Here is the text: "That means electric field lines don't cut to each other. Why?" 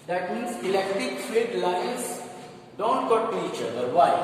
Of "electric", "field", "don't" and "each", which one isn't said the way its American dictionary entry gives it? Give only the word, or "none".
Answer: field